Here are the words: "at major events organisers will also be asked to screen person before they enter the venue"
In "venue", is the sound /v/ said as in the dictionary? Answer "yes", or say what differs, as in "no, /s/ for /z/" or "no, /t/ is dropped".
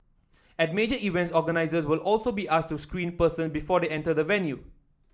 yes